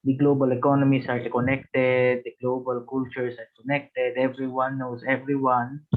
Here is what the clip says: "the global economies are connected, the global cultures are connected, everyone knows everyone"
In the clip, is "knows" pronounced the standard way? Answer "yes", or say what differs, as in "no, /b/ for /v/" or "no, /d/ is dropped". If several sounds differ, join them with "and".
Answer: no, /s/ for /z/